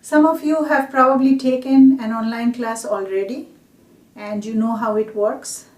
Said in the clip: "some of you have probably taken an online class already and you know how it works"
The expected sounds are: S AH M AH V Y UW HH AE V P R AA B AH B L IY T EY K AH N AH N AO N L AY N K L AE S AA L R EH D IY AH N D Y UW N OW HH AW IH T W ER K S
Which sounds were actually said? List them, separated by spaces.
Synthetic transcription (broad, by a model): S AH M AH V Y UW HH AE V P R AA B AH B L IY T EY K AH N AH N AO N L AY N K L AE S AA L R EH D IY AH N D Y UW N OW HH AW IH T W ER K S